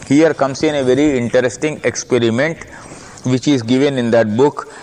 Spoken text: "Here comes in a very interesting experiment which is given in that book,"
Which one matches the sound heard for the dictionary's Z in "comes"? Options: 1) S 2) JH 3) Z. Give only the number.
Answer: 1